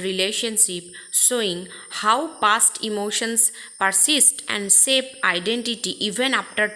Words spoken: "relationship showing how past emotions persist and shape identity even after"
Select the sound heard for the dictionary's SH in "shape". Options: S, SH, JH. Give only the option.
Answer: S